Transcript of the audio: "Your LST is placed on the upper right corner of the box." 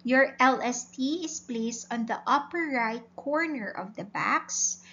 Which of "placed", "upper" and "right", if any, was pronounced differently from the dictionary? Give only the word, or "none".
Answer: none